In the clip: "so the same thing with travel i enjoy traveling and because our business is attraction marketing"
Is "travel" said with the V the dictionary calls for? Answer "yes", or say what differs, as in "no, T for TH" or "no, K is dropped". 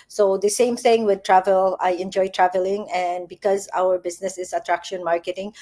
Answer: yes